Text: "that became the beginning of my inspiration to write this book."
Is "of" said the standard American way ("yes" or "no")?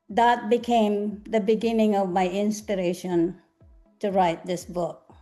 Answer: yes